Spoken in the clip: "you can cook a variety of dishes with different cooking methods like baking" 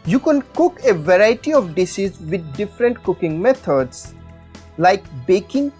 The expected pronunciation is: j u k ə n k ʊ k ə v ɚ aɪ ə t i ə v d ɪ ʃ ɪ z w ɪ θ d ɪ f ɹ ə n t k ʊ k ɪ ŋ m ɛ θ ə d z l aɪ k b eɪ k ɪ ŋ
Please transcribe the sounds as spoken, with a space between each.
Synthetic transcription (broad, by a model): j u k ə n k ʊ k ə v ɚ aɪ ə t i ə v d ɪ s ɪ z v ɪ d d ɪ f ɹ ə n t k ʊ k ɪ ŋ m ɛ t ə d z l aɪ k b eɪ k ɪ ŋ